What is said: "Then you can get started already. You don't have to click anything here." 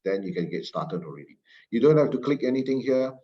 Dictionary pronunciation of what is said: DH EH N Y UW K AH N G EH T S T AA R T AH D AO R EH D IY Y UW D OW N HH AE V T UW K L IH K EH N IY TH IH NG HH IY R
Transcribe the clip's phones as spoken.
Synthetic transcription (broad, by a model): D EH N Y UW K AH N G EH T S T AA T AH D AO R EH D IY Y UW D OW N HH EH F T UW K L IH K EH N IY T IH NG HH IY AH